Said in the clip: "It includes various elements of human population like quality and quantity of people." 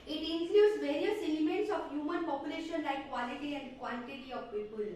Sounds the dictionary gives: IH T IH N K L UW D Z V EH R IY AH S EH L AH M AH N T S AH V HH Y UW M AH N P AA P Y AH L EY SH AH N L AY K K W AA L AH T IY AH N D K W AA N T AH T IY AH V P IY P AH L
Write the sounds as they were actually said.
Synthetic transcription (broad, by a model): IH T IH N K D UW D S V EH R IY AH S EH L AH M AH N T S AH F HH Y UW M AH N P AA P Y AH L EY SH AH N L AY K K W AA L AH T IY AH N D K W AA L T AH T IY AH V P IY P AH L